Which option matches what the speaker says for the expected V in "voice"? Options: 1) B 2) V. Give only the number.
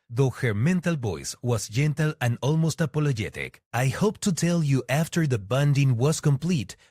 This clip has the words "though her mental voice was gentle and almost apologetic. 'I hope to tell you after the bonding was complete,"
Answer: 1